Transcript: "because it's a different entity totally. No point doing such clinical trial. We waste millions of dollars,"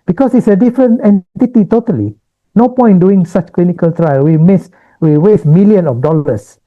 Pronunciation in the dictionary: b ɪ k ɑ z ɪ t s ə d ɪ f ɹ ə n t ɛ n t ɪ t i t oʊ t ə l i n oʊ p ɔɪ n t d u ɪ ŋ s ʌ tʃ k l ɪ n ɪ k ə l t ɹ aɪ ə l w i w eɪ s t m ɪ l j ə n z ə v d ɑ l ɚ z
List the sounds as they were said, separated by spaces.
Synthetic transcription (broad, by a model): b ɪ k ɑ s ɪ t s ə d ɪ f ɹ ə n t ɛ n t ɪ t i t oʊ t ə l i n oʊ p ɔɪ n d u ɪ ŋ s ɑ tʃ k l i n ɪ k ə l t ɹ aɪ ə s w i w eɪ s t m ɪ l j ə n ə f d ɑ l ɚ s